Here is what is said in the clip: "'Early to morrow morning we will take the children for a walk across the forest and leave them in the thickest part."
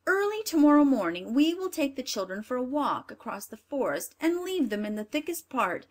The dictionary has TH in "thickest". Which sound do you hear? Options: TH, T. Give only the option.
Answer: TH